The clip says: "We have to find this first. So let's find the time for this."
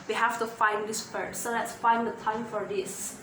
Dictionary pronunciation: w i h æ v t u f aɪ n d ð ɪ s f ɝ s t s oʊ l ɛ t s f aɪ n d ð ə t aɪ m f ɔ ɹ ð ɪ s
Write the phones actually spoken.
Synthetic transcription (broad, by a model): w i h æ f t u f aɪ n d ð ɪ s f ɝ t s oʊ l ɛ t s f aɪ n d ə t aɪ m f ɔ ɹ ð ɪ s